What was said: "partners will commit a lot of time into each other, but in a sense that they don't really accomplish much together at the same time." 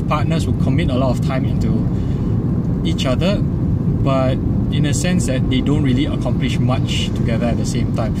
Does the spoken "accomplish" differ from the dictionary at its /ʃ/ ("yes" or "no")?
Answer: no